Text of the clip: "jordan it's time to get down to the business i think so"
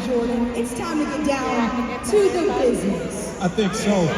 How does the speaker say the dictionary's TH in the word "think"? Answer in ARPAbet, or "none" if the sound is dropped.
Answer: TH